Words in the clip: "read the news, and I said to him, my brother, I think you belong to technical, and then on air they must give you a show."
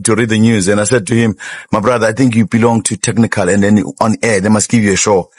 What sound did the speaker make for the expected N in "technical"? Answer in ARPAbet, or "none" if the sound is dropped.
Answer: N